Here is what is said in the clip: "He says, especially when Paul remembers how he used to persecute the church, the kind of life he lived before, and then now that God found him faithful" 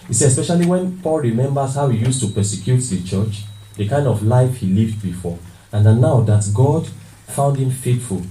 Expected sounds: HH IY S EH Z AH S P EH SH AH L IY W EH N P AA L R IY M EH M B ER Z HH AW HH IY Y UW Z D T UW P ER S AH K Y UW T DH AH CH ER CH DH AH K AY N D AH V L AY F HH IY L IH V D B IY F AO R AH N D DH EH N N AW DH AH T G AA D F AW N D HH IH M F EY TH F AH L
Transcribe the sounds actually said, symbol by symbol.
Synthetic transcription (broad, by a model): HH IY S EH AH S P EH SH AH L IY W EH N P AA L R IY M EH M B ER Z HH AW HH IY Y UW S T UW P ER S AH K Y UW T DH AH CH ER CH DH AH K AY N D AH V L AY F HH IY L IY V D B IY F AO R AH N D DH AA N N AW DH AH T G AA D F AW N D HH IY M F EY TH F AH L